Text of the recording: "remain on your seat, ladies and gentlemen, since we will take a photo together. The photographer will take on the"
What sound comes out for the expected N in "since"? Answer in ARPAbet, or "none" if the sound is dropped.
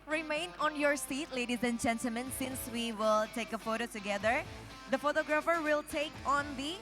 N